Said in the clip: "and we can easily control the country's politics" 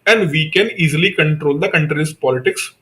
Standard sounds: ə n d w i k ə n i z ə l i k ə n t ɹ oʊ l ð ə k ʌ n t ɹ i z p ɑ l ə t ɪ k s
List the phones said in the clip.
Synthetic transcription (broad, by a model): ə n d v i k ə n i z ə l i k ə n t ɹ oʊ l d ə k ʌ n t ɹ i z p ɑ l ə t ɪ k s